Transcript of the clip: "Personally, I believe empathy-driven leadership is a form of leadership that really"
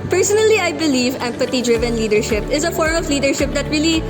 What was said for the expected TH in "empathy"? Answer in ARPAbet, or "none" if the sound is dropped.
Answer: T